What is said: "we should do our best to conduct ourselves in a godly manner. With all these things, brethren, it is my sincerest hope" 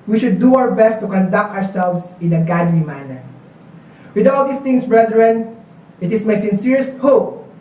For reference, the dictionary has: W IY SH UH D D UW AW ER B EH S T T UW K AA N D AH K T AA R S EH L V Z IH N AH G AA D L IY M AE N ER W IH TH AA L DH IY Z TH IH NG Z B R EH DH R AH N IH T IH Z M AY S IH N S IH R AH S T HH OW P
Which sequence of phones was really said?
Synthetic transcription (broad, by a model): W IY SH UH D D UW AW ER B EH S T T UW K AA N D AH K T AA R S EH L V S IH N AH G AA D L IY M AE N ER W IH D AA L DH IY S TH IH NG S B R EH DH R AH N IH T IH S M AY S IH N S IH R AH S T HH OW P